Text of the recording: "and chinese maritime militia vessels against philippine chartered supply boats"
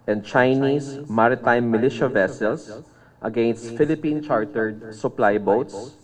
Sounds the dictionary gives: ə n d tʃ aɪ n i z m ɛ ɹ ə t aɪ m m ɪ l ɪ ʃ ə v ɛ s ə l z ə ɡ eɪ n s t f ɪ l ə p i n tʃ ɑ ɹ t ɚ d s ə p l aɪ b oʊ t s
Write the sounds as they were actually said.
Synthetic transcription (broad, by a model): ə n d tʃ aɪ n i s m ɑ ɹ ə t aɪ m m ɪ l ɪ ʃ ə v ɛ s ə l s ə ɡ eɪ n s t f ɪ l ə p i n tʃ ɑ ɹ t ɚ d s ə p l aɪ b oʊ t s